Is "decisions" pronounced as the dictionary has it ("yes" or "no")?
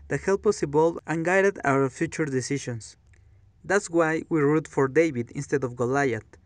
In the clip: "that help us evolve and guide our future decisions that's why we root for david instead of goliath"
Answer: no